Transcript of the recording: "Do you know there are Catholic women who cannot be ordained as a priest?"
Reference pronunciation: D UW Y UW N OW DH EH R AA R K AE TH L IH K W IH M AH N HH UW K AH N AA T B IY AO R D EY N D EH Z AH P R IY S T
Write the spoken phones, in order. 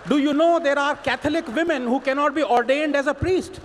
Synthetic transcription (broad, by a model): D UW Y UW N OW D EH R AA R K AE T L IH K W IH M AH N HH UW K AH N AA T B IY AO R D EY N D EH Z AH P R IY S T